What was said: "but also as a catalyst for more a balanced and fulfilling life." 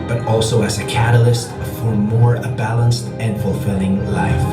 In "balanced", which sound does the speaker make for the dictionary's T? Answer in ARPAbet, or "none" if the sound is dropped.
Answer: T